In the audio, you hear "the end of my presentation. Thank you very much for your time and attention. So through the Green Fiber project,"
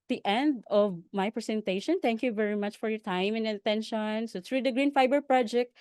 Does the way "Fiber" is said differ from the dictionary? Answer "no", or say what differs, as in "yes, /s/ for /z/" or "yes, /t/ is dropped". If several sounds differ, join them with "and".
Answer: no